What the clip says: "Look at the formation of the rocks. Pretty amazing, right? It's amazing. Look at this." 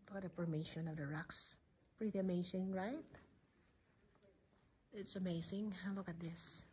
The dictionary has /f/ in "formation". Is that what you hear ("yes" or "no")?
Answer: no